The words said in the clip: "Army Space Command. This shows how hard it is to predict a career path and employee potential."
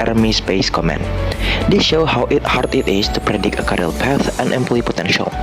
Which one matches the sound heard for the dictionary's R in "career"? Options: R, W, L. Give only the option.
L